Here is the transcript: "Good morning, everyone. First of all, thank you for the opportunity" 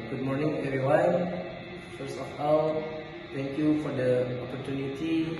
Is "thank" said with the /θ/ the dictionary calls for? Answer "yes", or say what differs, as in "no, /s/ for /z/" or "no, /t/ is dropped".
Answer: no, /t/ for /θ/